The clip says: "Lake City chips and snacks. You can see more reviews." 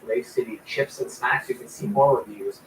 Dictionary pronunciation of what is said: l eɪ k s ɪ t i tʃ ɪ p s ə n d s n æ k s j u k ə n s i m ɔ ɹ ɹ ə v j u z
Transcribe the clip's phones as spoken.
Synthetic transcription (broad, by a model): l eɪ s ɪ t i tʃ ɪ p s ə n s æ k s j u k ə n s i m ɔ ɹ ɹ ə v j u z